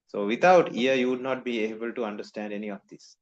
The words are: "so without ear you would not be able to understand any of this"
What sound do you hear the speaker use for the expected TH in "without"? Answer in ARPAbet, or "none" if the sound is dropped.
T